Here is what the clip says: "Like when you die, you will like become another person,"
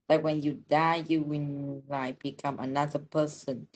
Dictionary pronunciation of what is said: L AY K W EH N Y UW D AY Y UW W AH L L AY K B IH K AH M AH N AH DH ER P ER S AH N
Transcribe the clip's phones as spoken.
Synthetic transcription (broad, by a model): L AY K W EH N Y UW D AY Y UW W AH N L AY K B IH K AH M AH N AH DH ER P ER S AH N